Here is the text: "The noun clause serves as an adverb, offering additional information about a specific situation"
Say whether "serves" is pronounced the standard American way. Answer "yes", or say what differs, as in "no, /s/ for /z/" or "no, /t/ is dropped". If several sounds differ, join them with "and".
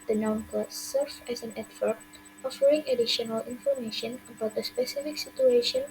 no, /z/ is dropped